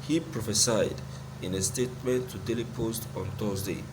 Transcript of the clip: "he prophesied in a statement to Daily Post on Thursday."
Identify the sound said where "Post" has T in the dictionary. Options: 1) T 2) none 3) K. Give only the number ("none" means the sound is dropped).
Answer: 1